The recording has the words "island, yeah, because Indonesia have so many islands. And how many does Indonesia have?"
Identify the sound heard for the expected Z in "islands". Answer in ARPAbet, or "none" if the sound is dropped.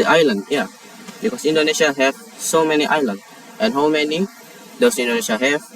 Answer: none